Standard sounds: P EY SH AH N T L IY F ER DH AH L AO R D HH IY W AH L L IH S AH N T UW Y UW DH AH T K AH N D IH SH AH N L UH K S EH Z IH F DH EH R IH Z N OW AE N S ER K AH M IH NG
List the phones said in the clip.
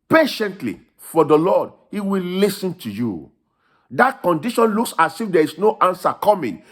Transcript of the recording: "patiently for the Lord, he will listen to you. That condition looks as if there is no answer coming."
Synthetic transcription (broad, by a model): P EY SH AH N T L IY F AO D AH L AO D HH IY W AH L L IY S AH N T UW Y UW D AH T K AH N D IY SH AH N L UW K S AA S IH F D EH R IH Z N OW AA N S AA K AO M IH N